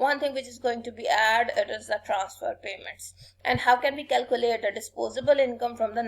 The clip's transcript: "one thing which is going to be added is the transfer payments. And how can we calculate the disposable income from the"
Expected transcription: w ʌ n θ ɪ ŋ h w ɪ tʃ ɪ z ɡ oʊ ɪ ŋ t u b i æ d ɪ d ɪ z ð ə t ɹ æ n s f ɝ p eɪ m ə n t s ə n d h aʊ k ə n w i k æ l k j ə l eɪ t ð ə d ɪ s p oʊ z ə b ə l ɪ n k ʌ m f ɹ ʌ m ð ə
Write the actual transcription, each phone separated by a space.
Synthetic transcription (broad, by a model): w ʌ n t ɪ ŋ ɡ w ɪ tʃ ɪ z ɡ oʊ ɪ ŋ t u b i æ d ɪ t ɪ z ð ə t ɹ æ n s f ɝ p eɪ m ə n t s ə n d h aʊ k ə n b i k æ l k j ə l eɪ t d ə d ɪ s p oʊ z ə b ə l ɪ n k ʌ m f ɹ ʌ m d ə